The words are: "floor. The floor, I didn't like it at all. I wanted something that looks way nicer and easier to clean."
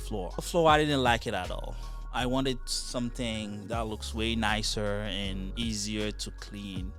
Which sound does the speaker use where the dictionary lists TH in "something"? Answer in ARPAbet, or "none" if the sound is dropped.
TH